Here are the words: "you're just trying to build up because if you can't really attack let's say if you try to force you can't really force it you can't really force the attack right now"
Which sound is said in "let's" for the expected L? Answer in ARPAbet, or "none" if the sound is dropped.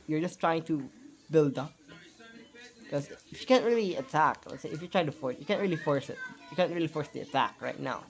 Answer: W